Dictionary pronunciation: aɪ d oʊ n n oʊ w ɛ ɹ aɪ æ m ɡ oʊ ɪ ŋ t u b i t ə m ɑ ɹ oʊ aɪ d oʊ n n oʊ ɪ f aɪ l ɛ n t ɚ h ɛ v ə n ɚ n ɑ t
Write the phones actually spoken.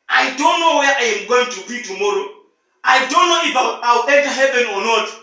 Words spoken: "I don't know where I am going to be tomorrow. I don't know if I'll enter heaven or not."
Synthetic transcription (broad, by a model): aɪ d oʊ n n oʊ w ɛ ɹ aɪ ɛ m ɡ oʊ ɪ ŋ t u b i t ə m ɑ ɹ oʊ aɪ d oʊ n n oʊ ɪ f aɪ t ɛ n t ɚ h ɛ v ə n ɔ n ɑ t